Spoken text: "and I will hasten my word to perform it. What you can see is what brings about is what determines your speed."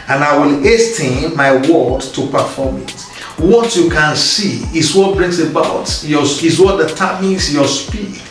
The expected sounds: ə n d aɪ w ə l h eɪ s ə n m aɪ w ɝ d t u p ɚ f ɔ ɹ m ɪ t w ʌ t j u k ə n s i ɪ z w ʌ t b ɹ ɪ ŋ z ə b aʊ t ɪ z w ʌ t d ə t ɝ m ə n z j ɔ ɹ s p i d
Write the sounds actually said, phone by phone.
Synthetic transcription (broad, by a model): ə n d aɪ w ə l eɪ s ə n m aɪ w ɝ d t u p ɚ f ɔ m ɪ t w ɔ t j u k ə n s i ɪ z w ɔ t b ɹ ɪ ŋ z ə b aʊ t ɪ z w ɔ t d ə t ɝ m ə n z j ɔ s p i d